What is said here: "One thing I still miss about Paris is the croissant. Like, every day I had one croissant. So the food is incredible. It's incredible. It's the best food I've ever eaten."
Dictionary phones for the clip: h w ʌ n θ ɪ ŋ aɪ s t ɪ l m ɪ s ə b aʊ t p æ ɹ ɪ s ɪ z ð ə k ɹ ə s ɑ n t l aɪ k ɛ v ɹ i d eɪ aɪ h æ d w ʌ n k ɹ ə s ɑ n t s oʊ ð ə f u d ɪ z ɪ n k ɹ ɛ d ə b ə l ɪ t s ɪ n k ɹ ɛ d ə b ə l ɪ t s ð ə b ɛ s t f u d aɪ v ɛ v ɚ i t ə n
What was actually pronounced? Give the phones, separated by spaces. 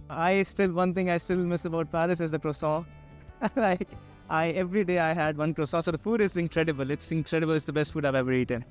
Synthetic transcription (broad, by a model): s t ʌ n t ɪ ŋ aɪ s t ɪ l m ɪ s ə b aʊ t p æ ɹ ɪ s ɪ z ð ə k ɹ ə s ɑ l aɪ k ɛ v ɹ i d eɪ aɪ h æ d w ʌ n k ɹ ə s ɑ s oʊ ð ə f u d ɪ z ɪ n k ɹ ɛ d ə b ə l ɪ t s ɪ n k ɹ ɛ d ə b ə l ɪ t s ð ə b ɛ s t f u d aɪ v ɛ v ɚ i t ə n